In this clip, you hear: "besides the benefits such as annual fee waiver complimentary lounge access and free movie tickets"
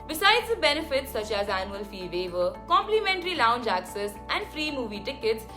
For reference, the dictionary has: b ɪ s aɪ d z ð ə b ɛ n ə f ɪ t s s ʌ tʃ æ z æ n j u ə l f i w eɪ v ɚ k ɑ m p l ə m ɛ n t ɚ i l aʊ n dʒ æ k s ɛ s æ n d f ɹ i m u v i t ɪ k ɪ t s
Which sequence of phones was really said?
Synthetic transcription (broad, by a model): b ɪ s aɪ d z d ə b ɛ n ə f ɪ t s s ʌ tʃ æ z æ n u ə l f i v eɪ v ɚ k ɑ m p l ə m ɛ n t ɚ i l aʊ n dʒ æ k s ɛ s æ n d f ɹ i m u v i t ɪ k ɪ t s